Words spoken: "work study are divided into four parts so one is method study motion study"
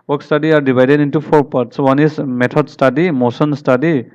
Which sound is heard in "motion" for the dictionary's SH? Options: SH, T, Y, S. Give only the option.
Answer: S